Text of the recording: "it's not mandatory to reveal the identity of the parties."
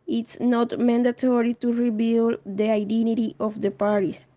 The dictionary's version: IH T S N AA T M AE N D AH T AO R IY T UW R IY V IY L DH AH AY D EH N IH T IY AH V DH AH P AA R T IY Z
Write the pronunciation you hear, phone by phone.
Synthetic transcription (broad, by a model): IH T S N AA T M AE N D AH T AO R IY T UW R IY B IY L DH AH AY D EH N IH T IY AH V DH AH P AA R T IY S